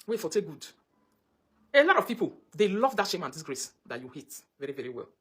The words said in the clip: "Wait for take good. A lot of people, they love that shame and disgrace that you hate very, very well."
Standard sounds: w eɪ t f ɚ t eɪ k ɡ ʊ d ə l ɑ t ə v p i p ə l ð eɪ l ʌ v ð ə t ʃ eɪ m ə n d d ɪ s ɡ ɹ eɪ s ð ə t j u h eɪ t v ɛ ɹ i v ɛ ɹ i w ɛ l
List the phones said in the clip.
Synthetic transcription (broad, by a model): w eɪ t f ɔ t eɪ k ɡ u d ə l ɑ t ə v p i p ə l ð eɪ l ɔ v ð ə t ʃ eɪ m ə n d d ɪ s ɡ ɹ eɪ s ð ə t j u h eɪ t v ɛ ɹ i v ɛ ɹ i w ɛ l